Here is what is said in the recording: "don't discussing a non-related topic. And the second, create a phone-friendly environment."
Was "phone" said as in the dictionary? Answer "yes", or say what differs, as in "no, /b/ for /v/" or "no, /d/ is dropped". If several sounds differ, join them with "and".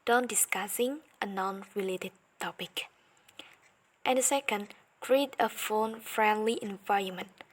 yes